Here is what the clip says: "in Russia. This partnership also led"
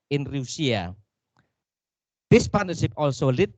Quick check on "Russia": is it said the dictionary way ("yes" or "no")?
no